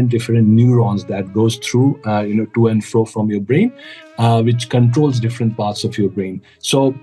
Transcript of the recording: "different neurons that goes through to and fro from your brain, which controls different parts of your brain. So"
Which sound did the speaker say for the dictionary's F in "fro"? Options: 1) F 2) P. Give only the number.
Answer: 1